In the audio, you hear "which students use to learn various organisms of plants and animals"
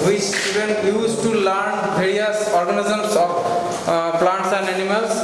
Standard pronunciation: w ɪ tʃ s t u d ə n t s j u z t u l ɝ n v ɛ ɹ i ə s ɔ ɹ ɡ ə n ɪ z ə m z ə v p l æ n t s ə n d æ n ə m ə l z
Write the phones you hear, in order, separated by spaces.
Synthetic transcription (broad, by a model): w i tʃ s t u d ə n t j u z t u l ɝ n b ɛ ɹ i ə s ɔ ɹ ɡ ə n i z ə m s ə p p l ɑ n t s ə n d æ n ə m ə l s